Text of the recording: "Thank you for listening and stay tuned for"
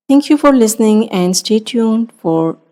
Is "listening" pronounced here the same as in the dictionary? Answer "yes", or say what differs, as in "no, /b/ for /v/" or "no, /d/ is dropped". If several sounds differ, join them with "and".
yes